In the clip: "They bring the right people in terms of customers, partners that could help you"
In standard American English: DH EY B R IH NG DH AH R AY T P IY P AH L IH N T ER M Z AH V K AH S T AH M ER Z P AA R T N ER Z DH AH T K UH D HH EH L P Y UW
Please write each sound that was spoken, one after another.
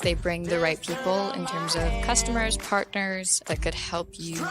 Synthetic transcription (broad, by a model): DH EY B R IH NG DH AH R AY T P IY P L IH N T ER M Z AH V K AH S T AH M ER Z P AA R T N ER Z DH AH T K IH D HH EH L P Y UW